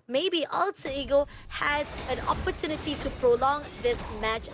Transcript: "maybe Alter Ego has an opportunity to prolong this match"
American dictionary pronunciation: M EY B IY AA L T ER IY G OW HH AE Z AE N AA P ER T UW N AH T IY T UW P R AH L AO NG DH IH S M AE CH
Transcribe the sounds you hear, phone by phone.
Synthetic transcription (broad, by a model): M EY B IY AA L S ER IY G OW HH AE Z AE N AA P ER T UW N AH T IY T UW P R AH L AO NG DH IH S M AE CH